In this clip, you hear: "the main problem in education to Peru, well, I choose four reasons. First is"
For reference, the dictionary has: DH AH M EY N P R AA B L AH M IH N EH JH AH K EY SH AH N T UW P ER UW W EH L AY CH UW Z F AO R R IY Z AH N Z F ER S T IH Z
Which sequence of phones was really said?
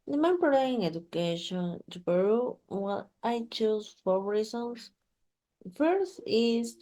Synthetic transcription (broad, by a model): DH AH M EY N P AA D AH IH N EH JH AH K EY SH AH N T UW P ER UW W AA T AY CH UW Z F AO R R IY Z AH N S F ER S T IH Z